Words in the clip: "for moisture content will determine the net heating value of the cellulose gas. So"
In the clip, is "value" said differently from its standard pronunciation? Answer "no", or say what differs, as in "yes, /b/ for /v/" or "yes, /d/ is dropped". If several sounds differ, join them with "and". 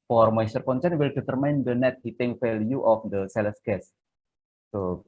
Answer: yes, /f/ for /v/